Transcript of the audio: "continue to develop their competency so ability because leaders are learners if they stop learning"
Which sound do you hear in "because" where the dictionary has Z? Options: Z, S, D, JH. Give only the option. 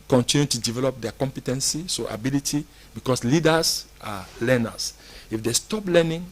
S